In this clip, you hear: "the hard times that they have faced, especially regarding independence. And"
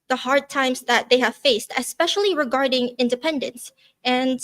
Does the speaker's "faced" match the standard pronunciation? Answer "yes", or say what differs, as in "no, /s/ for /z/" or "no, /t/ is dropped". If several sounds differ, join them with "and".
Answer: yes